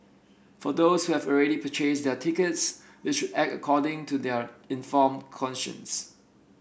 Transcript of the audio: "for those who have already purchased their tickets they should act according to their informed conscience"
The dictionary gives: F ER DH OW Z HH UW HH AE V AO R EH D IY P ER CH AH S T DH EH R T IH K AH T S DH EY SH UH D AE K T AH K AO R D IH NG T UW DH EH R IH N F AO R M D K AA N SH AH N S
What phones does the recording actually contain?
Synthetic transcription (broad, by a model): F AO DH OW S HH UW HH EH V AO R EH D IY P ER CH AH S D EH T IH K AH T S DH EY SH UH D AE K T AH K AO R D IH NG T UW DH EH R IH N F AO M K AA N SH AH N S